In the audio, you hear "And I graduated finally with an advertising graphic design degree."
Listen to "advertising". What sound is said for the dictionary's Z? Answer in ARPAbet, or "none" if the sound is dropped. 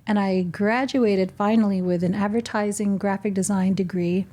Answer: Z